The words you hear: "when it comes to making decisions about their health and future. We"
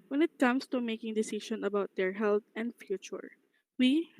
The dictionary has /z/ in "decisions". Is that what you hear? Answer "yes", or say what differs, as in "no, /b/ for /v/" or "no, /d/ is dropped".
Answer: no, /z/ is dropped